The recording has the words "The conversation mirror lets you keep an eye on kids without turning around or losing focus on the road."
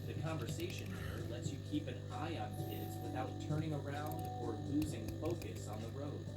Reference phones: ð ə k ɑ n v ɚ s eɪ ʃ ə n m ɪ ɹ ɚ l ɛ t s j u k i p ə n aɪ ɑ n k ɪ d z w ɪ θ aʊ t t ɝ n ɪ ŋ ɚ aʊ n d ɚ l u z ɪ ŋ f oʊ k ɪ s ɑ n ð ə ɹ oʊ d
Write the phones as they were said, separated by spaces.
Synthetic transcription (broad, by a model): ð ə k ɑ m v ɚ s eɪ ʃ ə n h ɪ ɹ l ɛ t s j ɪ k i p ə n aɪ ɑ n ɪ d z w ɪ θ aʊ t t ɝ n ɪ ŋ ɚ aʊ n d ɚ l u z ɪ ŋ f oʊ k ɪ s n ð ə ɹ oʊ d